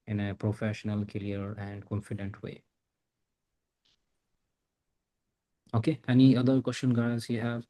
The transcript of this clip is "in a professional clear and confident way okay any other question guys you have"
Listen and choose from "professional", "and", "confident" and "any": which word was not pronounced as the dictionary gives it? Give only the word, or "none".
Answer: none